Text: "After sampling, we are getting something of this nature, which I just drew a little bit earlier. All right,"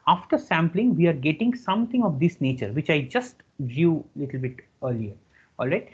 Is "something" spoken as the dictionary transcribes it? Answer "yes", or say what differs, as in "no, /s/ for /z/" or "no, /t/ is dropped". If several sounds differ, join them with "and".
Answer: no, /t/ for /θ/